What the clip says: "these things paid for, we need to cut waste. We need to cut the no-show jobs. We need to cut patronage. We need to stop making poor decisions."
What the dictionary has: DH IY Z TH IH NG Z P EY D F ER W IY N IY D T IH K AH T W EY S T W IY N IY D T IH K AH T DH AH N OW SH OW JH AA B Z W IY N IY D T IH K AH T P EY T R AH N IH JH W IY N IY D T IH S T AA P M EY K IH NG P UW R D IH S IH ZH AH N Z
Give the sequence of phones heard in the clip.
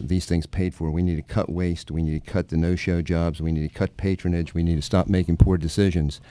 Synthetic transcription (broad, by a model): DH IY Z TH IH NG Z P EY D F ER W IY N IY D T IH K AH T W EY S T W IY N IY D T IH K AH T DH AH N OW SH OW JH AA B Z W IY N IY D T IH K AH T P EY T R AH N IH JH W IY N IY D T IH S T AA P M EY K IH NG P UW R D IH S IH ZH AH N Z